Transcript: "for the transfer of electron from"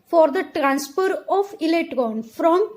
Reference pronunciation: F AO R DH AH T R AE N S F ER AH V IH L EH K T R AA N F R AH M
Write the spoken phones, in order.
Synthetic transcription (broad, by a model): F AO R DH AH T R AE N S P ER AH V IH L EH T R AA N F R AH M